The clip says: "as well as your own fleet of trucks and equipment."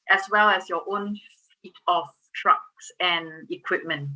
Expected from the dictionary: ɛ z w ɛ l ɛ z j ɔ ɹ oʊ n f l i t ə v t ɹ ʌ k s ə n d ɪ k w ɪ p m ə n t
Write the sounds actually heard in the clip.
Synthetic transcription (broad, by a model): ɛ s w ɛ l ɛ s j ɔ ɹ oʊ n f i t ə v t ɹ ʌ k s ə n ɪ k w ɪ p m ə n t